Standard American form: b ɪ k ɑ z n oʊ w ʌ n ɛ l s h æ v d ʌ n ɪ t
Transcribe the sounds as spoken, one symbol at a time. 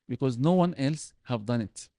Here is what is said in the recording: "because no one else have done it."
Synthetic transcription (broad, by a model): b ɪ k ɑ z n oʊ w ʌ n ɛ l s h æ v d ʌ n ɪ t